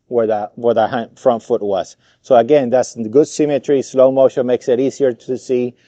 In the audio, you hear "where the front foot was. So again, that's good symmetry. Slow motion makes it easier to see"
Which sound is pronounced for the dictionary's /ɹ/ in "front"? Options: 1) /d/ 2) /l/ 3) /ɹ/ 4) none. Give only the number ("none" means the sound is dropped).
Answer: 3